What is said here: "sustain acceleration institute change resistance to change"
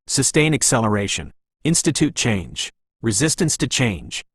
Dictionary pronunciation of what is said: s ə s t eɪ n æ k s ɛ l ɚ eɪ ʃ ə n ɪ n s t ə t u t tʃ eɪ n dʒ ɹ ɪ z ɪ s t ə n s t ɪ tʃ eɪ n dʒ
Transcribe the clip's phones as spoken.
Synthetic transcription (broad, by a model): s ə s t eɪ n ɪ k s ɛ l ɚ eɪ ʃ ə n ɪ n s t ə t u t tʃ eɪ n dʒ ɹ ɪ z ɪ s t ə n s t ɪ tʃ eɪ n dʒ